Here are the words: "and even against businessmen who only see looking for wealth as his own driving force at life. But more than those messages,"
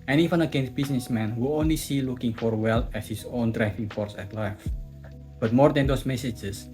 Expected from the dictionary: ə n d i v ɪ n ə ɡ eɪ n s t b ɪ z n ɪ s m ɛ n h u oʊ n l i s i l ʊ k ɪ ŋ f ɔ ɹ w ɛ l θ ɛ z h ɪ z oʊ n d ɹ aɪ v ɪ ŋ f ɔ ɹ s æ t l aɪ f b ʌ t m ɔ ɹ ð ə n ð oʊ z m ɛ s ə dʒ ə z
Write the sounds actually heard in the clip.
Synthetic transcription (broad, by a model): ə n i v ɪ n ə ɡ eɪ n s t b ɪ s n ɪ s m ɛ n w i oʊ n l i s i l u k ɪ ŋ f ɔ ɹ w ɛ l t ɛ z h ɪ s oʊ n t ɹ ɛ f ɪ ŋ f ɔ ɹ s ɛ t l aɪ f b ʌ t m ɔ ɹ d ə n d oʊ s m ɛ s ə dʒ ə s